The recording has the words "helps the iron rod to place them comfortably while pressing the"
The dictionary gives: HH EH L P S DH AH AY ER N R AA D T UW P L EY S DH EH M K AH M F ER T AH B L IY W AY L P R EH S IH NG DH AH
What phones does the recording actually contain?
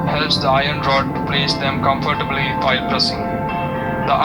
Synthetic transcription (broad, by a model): HH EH L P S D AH AY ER N R AA D T UW P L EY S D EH M K AH M F ER T AH B L IY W AY L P R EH S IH NG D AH